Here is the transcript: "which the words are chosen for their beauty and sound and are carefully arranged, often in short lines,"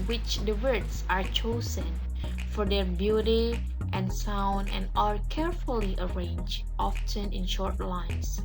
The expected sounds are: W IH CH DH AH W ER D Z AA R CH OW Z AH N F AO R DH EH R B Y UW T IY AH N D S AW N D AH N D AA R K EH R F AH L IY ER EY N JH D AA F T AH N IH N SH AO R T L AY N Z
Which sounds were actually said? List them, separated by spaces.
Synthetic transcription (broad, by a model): W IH CH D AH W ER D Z AA R CH OW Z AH N F AO R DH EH R B Y UW T IY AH N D S AW N D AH N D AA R K EH R F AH L IY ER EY N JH AA F T AH N IH N SH AO R T L AY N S